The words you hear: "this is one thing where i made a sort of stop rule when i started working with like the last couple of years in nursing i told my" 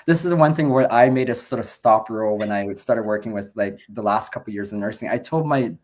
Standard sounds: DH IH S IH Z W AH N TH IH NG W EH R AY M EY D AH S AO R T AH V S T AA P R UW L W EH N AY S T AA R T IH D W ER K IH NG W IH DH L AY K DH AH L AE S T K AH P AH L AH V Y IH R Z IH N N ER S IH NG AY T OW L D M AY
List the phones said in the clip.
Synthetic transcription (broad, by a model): DH IH S IH Z W AH N TH IH NG W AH R AY M EY D AH S AO R T AH V S T AA P R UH L W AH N AY S T AA R T IH D W ER K IH NG W IH DH L AY K DH AH L AE S T K AH P L Y IH R Z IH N N ER S IH NG AY T OW L D M AY